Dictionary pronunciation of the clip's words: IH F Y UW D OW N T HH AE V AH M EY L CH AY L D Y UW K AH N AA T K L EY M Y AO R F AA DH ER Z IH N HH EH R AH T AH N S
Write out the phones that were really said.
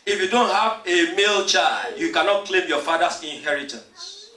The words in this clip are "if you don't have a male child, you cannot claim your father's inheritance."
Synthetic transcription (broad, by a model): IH F Y UW D OW N T HH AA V AH M EY L CH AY D Y UW K AH N AA T K L EY M Y AO F AA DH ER S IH N HH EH R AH T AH N S